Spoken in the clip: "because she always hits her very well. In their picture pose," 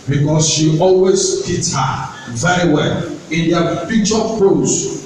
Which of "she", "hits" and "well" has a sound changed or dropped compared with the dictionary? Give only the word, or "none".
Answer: hits